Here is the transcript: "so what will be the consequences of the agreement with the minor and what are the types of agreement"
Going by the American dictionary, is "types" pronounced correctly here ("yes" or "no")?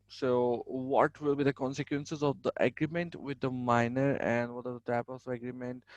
no